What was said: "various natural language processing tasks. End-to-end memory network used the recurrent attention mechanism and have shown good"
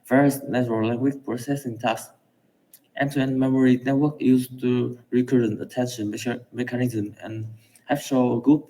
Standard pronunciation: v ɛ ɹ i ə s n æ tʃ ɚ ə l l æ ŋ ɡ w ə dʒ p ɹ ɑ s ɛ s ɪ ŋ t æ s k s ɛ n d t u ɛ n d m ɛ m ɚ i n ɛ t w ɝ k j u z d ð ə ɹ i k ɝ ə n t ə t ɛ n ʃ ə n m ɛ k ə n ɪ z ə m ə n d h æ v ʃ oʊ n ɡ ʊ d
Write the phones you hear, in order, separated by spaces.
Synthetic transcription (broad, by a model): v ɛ ɹ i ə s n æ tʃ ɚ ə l l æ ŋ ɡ w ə tʃ p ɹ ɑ s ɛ s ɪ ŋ t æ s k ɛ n t u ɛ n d m ɛ m ɚ i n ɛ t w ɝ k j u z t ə ɹ i k ɝ ə n t ə t ɛ n ʃ ə n m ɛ k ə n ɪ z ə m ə n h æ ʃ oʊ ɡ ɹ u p